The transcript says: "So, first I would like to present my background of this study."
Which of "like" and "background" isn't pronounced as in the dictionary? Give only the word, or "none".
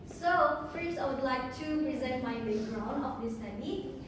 background